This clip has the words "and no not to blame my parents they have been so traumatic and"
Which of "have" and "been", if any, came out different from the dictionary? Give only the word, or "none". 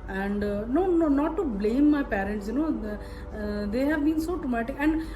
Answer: none